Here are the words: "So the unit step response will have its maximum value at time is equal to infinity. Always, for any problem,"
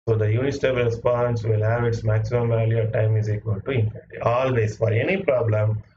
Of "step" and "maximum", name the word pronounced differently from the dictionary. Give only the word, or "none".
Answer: step